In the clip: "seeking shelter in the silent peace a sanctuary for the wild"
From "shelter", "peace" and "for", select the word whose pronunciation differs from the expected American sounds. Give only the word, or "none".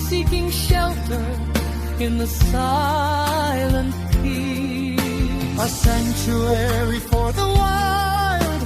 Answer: peace